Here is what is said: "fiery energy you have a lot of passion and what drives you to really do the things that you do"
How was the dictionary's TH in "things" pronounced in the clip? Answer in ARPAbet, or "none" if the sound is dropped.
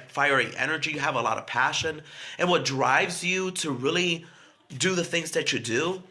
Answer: TH